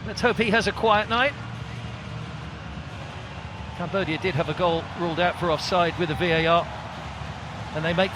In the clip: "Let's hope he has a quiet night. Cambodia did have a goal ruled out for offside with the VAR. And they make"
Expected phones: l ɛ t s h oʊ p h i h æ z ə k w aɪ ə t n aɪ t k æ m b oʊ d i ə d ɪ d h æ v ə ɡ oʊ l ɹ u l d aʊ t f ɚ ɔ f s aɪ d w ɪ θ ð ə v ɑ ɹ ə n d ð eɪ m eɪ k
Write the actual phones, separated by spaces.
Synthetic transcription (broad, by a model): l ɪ t s h oʊ p h i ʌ z ə k w aɪ ə t n aɪ t k æ m b oʊ d i ə d ɪ d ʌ v ə ɡ oʊ l ɹ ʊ l d aʊ t f ɚ ɔ f s aɪ d w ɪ ð ə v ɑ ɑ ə n ð eɪ m eɪ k